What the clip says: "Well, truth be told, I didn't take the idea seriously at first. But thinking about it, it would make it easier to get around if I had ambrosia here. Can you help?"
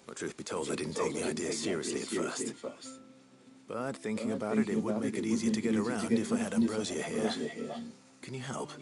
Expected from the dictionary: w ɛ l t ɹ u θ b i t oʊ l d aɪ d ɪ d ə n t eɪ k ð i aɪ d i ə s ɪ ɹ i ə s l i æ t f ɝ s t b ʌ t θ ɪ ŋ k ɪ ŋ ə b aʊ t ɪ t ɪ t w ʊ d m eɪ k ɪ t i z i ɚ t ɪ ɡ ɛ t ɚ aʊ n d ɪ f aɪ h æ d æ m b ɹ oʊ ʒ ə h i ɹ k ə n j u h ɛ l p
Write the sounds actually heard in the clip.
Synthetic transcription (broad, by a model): t ɹ u θ b i t oʊ l d aɪ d ɪ d n t eɪ k ð i aɪ d i ə s ɪ ɹ i ə s l i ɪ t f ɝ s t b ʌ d θ ɪ ŋ k ɪ ŋ ə b aʊ t ɪ t ɪ t w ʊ d m eɪ k ɪ t i z i ɚ t ɪ ɡ ɛ t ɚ aʊ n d ɪ f aɪ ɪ d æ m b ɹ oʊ z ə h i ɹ k ə n j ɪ h ɛ l p